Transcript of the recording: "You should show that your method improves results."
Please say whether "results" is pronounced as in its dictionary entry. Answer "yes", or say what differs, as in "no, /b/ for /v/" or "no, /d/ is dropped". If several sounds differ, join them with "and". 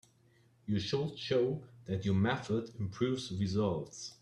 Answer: yes